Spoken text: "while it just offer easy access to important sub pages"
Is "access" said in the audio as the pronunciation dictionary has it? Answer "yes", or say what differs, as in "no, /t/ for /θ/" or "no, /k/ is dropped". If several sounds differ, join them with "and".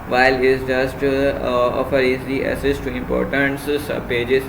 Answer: no, /k/ is dropped